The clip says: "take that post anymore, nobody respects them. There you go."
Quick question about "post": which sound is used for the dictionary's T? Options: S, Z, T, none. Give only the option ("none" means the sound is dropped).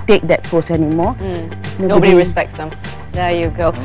none